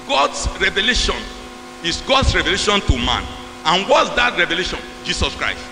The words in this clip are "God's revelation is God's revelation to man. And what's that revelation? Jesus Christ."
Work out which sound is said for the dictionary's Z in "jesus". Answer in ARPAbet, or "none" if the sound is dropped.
S